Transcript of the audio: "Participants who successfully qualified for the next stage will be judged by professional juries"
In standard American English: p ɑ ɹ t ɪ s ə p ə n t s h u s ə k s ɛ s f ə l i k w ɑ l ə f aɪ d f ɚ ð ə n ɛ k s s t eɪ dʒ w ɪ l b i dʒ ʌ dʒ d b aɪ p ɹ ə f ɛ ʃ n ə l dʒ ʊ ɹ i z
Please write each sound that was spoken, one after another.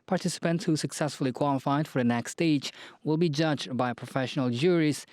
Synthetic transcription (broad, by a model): p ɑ ɹ t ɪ s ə p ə n t s h u s ə k s ɛ s f ə l i k w ɑ l ə f aɪ d f ɚ ð ə n ɛ k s s t eɪ dʒ w ɪ l b i dʒ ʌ dʒ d b aɪ p ɹ ə f ɛ ʃ n ə l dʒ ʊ ɹ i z